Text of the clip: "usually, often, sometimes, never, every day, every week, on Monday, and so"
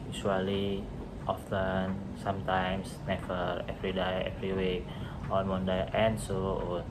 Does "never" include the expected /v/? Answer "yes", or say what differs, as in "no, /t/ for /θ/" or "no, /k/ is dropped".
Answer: no, /f/ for /v/